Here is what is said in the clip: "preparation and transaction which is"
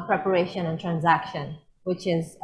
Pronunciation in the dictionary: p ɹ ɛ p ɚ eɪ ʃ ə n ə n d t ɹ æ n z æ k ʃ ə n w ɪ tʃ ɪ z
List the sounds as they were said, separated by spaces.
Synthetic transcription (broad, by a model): p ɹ ɛ p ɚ eɪ ʃ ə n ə n t ɹ æ n z æ k ʃ ə n w ɪ tʃ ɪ z